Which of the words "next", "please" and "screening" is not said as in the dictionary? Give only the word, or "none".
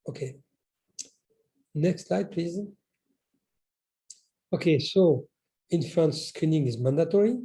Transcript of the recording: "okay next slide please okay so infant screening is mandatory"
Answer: none